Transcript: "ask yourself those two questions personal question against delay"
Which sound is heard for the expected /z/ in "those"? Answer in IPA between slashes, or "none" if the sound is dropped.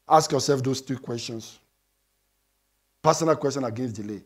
/s/